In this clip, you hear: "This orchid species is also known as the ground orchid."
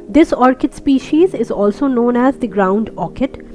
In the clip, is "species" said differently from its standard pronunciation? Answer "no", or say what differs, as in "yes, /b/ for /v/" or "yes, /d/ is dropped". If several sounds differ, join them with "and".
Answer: no